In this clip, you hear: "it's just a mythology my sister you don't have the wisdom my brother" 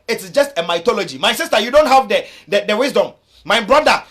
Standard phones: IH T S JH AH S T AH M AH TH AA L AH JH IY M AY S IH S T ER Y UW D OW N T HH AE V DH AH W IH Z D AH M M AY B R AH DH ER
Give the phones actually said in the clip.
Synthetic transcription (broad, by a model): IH T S JH AH S T AH M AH T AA L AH JH IY M AY S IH S T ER Y UW D OW N T HH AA V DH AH W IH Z D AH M M AY B R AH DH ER